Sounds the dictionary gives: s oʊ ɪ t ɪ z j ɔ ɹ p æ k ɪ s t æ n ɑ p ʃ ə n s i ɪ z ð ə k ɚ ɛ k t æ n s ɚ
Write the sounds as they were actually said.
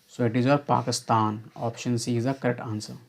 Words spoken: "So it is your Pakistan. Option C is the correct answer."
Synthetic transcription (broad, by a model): s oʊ ɪ t ɪ z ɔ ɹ p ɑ k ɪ s t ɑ n ɑ p ʃ ə n s i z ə k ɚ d t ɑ n s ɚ